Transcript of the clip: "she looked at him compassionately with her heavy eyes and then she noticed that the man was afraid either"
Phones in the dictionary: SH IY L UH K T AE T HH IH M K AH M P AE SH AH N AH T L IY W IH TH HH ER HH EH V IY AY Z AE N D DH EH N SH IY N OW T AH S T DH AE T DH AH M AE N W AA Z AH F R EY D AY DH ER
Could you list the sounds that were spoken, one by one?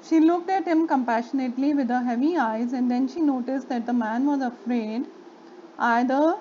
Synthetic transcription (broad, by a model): SH IY L UH K T AE T HH IH M K AH M P AE SH AH N AH T L IY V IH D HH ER HH EH V IY AY Z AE N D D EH N SH IY N OW T AH S T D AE T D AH M AE N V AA Z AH F R EY D AY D ER